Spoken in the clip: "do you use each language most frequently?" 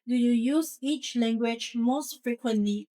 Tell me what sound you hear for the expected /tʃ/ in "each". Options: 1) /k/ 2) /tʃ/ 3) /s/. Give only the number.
2